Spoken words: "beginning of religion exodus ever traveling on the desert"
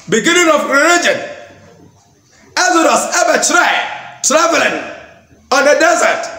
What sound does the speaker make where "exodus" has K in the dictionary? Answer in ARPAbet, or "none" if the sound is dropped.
none